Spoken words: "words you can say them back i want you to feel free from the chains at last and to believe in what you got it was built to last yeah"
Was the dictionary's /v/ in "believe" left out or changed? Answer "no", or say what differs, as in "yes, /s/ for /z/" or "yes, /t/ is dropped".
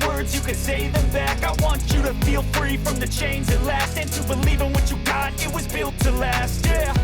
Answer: no